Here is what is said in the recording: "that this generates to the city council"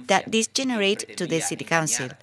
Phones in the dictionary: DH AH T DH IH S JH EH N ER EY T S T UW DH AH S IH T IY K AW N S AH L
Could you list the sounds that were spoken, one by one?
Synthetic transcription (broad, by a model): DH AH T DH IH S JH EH N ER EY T T UW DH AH S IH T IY K AW N S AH L